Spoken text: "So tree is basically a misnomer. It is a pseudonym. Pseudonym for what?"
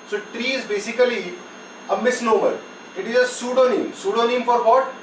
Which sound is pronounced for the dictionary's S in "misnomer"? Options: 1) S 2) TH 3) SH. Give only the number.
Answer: 1